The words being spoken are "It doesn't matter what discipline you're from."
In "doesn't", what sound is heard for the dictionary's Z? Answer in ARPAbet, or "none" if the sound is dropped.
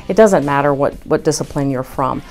Z